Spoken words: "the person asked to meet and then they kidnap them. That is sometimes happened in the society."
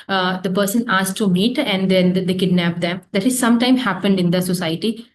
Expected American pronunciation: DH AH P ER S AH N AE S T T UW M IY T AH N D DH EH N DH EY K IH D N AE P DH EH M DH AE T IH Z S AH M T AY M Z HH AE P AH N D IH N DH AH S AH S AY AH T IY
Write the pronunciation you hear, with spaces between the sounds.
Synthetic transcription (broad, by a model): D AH P ER S AH N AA S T T UW M IY T AH N D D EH N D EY K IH D N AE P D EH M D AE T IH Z S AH M T AY M HH AE P AH N D IH N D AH S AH S AY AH T IY